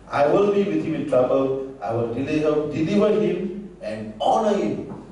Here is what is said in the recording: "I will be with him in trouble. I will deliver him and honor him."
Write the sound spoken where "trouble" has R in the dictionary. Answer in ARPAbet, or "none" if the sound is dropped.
R